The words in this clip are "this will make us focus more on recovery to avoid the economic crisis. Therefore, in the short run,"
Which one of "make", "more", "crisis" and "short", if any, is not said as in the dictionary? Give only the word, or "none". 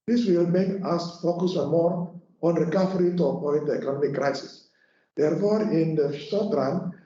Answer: short